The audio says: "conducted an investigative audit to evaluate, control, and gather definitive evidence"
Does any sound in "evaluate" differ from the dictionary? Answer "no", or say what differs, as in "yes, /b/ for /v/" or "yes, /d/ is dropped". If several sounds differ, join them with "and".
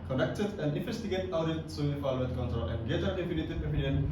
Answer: yes, /f/ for /v/